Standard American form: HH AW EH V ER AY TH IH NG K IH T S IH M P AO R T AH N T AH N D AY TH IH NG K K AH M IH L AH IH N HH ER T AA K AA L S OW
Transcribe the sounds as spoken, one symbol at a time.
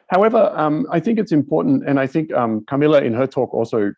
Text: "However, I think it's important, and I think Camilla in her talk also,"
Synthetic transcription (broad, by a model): HH AW EH V ER AY TH IH NG K IH T S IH M P AO R T N T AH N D AY TH IH NG K K AH M IH L AH IH N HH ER T AA K AA L S OW